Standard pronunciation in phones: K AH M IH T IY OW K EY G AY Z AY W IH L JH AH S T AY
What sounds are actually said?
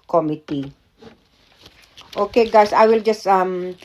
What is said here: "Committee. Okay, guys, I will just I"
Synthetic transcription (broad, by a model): K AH M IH T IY OW K EY G AY S AY W IH L JH AH S T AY